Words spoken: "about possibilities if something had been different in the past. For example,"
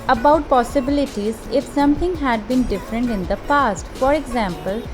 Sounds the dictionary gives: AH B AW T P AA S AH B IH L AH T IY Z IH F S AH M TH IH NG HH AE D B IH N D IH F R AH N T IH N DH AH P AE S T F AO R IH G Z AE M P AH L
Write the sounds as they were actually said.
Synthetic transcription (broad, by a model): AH B AW T P AA S AH B IH L AH T IY Z IH F S AH M T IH NG HH AE D B IH N D IH F R AH N T IH N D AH P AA S T F AO R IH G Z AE M P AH L